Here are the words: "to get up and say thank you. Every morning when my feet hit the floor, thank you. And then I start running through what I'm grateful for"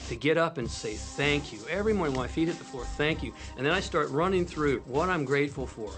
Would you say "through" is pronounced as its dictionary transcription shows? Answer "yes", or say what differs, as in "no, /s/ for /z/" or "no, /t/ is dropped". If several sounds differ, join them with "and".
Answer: yes